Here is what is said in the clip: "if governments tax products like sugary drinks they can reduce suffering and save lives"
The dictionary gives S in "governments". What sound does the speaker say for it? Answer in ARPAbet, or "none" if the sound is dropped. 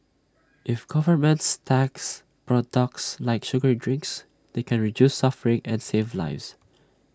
S